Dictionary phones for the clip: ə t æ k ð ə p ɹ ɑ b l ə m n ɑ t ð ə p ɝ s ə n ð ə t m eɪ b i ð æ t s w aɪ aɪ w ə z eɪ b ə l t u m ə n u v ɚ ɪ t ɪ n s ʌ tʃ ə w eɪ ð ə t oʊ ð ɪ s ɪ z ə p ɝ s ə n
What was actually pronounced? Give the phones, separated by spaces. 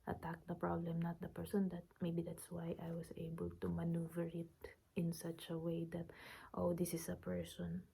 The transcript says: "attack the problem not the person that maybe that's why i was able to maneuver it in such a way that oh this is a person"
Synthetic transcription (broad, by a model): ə t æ k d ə p ɹ ɑ b l ə m n ɑ t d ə p ɝ s ə n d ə t m eɪ b i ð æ t s w aɪ aɪ w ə s eɪ b ə l t u m ə n u v ɚ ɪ t ɪ n s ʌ tʃ ə w eɪ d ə t oʊ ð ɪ s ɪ s ə p ɝ s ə n